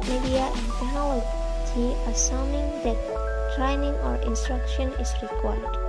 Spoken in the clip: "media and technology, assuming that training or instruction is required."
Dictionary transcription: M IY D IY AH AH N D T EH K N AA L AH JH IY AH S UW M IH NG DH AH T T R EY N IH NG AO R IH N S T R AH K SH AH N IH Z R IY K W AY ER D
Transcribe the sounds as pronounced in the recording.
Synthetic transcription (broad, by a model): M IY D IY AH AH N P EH N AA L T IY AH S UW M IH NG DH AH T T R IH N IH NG AO R IH N S T R AH K SH AH N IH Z R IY K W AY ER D